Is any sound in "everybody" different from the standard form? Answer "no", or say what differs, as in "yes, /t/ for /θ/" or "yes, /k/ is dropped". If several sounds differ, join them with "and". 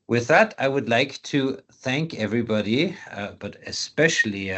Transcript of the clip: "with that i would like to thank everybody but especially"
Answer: no